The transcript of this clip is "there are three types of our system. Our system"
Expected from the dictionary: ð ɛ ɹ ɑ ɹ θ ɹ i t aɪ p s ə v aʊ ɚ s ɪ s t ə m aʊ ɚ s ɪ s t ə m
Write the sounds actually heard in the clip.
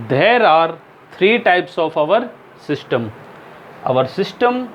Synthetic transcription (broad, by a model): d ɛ ɹ ɑ ɹ t ɹ i t aɪ p s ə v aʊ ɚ s ɪ s t ə m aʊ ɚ s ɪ s t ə m